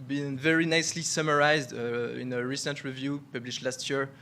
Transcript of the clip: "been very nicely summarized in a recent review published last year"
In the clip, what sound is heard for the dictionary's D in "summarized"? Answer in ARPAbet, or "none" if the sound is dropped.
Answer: D